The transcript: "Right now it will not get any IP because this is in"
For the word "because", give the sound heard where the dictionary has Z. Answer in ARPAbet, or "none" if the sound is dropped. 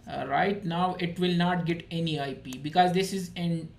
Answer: Z